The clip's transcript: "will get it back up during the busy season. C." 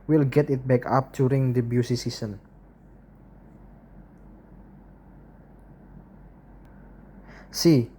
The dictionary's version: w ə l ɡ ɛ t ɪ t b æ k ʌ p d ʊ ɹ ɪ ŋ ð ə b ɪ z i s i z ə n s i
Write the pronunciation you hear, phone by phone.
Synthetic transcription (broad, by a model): w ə l ɡ ɛ t ɪ t b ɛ k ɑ p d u ɹ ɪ ŋ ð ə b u s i s i s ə n s i